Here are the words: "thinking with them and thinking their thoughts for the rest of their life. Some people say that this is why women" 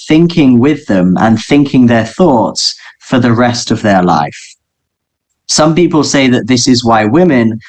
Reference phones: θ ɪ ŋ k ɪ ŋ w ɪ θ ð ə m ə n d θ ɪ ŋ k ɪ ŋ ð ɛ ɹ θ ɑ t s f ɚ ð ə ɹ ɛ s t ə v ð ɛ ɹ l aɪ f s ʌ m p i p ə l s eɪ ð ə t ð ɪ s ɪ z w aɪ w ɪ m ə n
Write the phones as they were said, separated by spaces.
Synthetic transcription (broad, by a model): θ ɪ ŋ k ɪ ŋ w ɪ ð ə m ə n θ ɪ ŋ k ɪ ŋ ð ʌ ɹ θ ɑ t s f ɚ ð ə ɹ ɛ s t ə v ð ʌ ɹ l aɪ f s ʌ m p i p ə l s eɪ ð ə t ð ɪ s ɪ z w aɪ w ɪ m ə n